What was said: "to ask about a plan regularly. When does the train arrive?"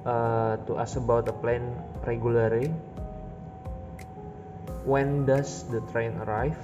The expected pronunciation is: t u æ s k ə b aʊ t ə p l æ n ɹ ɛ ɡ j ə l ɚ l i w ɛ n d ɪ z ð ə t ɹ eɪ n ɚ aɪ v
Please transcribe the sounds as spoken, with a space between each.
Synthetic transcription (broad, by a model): t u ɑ s ə b aʊ t ə p l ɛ n ɹ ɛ ɡ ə l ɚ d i w ɛ n d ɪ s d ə t ɹ eɪ n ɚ aɪ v